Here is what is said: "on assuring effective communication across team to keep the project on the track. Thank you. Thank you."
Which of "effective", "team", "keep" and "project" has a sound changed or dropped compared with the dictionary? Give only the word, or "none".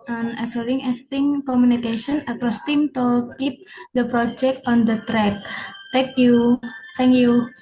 effective